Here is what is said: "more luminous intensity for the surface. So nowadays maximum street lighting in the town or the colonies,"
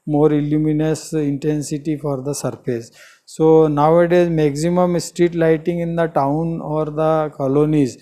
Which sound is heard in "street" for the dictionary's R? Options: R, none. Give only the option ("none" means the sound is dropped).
R